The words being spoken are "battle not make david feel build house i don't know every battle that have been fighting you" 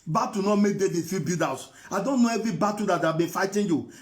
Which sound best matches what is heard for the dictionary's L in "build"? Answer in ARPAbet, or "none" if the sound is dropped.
none